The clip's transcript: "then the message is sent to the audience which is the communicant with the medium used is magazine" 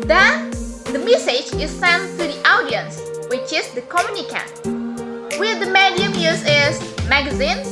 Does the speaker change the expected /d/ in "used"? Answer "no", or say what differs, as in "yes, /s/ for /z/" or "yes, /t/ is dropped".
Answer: yes, /d/ is dropped